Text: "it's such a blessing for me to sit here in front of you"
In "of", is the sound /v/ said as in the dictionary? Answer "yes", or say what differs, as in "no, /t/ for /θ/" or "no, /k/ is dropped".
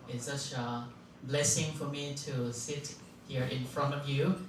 yes